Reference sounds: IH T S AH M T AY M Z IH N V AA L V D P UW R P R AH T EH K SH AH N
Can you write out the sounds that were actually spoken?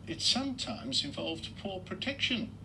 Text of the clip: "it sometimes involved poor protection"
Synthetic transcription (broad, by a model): IH T S AH M T AY M Z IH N V AA L V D P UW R P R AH T EH K SH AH N